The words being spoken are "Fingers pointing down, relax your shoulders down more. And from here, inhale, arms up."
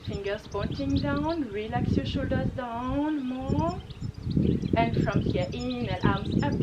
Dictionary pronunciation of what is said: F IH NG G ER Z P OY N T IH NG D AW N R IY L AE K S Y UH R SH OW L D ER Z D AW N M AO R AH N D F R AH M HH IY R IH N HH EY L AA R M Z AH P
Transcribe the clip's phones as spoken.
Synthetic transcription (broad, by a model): F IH NG G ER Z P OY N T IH NG D AW N R IY L AE K S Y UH SH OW L D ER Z D AW N M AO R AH N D F R AH M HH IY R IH N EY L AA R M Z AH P